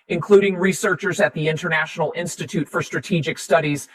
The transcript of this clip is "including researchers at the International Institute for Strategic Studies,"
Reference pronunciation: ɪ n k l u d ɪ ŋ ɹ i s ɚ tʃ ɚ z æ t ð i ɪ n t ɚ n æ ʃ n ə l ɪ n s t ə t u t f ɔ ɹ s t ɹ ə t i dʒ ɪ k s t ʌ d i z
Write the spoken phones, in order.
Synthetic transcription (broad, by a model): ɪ n k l u d ɪ ŋ ɹ i s ɚ tʃ ɚ z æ t ð i ɪ n t ɚ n æ ʃ n l ɪ n s t ə t u t f ɔ ɹ s t ɹ ə t i dʒ ɪ k s t ʌ d i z